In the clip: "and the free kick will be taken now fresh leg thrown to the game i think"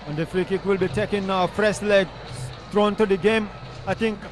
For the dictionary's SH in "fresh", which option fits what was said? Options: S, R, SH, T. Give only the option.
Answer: S